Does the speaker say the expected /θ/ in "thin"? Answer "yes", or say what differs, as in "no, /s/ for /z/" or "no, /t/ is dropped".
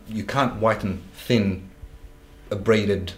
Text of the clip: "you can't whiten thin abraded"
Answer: yes